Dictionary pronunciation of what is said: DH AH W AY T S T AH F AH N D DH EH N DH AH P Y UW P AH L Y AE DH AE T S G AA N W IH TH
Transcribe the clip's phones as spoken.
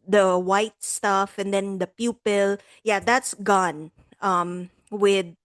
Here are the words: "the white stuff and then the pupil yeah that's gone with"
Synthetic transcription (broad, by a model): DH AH W AY T S T AH F AH N D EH N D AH P Y UW P AH L Y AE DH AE T S G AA N W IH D